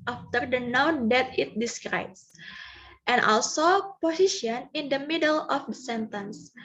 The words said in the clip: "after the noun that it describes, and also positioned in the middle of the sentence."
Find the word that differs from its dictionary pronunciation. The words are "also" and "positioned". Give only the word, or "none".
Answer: positioned